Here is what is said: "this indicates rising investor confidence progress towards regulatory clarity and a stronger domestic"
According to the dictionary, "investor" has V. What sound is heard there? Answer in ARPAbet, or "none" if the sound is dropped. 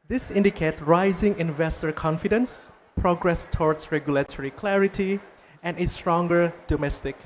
V